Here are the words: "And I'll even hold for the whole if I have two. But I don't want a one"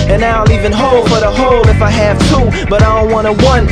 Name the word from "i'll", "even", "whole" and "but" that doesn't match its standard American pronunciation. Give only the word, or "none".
i'll